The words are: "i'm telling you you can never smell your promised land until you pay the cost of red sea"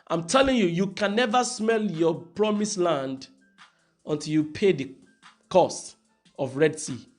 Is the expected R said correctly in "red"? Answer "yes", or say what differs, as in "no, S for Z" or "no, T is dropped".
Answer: yes